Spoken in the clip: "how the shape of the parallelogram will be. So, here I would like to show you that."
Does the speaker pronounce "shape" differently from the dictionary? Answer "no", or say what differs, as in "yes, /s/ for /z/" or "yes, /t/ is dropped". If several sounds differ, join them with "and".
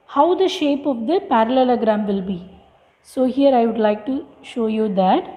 no